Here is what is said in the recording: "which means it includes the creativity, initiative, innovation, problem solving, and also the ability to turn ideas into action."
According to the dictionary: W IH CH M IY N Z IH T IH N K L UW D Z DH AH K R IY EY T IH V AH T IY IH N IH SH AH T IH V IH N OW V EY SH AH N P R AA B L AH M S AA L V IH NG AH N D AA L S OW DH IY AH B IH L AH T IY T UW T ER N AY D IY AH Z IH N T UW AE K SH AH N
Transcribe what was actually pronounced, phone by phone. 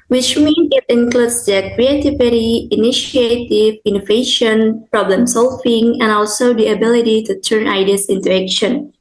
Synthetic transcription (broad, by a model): W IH CH M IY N IH T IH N K L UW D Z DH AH K R IY EY T IH V AH T IY IH N IH SH AH T IH V IH N OW V EY SH AH N P R AA B L AH M S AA L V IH NG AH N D AA L S OW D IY AH B IH L AH T IY T UW T ER N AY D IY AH S IH N T UW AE K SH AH N